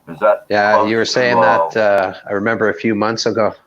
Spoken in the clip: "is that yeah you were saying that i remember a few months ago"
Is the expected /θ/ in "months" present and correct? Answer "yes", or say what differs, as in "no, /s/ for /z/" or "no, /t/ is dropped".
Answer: yes